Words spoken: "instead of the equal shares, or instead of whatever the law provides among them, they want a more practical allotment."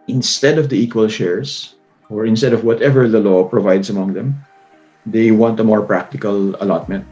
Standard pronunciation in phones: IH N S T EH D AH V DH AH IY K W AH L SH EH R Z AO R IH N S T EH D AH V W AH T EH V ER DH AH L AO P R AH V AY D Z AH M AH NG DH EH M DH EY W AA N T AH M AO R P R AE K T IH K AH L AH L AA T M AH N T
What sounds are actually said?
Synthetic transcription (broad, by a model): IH N S T EH D AH V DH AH IY K W AH L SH EH R S AO R IH N S T EH D AH V W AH T EH V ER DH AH L AO P R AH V AY D S AH M AH NG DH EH M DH EY W AA N T AH M AO R P R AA K T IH K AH L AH L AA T M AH N T